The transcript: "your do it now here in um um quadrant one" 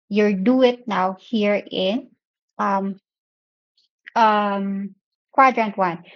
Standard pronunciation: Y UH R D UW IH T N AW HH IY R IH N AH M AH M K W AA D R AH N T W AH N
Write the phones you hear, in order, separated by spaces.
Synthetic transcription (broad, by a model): Y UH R D UW IH T N AW HH IY R IH N AH M AH M K W AA D R AH N T W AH N